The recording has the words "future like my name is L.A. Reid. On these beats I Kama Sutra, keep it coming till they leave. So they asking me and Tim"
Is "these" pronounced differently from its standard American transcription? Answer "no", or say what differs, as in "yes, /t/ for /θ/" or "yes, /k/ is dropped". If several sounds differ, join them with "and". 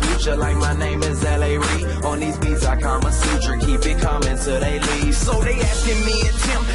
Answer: no